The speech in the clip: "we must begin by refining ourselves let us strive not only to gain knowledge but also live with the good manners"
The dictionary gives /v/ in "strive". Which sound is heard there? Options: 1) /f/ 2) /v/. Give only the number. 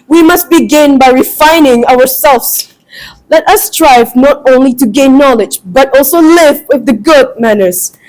2